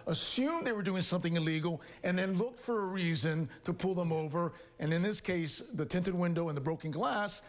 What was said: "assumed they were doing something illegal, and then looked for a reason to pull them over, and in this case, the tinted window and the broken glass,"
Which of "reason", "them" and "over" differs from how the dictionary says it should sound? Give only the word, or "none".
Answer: none